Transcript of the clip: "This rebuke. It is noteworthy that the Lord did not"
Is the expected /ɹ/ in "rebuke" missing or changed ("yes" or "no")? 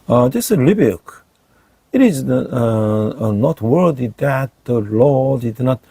yes